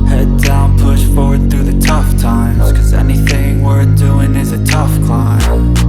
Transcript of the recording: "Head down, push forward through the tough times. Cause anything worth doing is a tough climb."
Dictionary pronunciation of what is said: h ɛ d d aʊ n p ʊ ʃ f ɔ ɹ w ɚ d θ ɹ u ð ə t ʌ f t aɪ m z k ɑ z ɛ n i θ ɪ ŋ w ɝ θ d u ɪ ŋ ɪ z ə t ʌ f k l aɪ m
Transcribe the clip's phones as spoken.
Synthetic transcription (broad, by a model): h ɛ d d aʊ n p ʊ ʃ f ɔ ɹ w ɚ d θ ɹ u ð ə t ʌ f t aɪ m z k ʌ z ɛ n i θ ɪ ŋ w ɝ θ d u ɪ ŋ ɪ z ə t ʌ f k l aɪ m